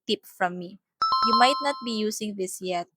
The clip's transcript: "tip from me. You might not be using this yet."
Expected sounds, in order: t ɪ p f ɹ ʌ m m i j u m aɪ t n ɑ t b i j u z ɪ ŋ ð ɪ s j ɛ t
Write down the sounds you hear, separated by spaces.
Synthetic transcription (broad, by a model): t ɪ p f ɹ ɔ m m i j u m aɪ t n ɑ t b i j u s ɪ ŋ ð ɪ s j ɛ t